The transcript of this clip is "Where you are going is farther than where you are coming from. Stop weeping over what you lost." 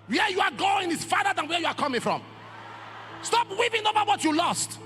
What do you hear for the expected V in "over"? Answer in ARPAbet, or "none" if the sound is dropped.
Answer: B